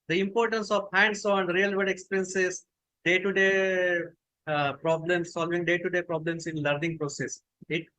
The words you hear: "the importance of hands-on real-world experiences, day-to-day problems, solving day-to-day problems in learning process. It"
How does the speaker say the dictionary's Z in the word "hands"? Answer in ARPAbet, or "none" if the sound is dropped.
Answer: S